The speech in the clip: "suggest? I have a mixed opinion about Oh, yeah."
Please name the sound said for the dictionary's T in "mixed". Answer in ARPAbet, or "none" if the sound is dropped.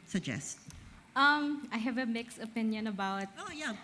none